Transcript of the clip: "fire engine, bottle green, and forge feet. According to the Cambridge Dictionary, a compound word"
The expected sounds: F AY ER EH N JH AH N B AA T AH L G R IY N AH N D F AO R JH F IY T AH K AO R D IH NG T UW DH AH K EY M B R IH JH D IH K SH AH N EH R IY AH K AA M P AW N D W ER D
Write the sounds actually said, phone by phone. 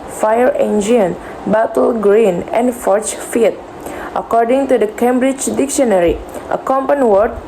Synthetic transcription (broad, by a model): F AY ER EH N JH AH N B AA T AH L G R IY N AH N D F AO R CH F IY T AH K AO R D IH NG T UW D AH K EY M B R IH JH D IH K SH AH N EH R IY AH K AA M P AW N W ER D